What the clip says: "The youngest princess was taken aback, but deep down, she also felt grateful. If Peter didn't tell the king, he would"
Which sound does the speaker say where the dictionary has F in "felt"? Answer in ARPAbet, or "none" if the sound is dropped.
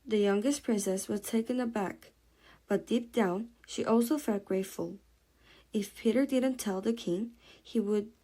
F